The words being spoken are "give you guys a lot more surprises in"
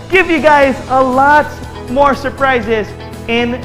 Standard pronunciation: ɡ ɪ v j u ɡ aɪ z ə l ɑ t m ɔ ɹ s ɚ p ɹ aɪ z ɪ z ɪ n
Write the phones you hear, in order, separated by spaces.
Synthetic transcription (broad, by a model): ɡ ɪ v j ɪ ɡ aɪ z ə l ɑ t m ɔ ɹ s ɚ p ɹ aɪ z ɪ z ɪ n